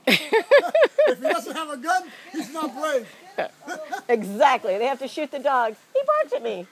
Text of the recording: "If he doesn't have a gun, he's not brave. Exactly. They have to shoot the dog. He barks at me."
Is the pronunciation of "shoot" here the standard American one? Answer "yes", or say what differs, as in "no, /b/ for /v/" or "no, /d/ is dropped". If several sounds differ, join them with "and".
yes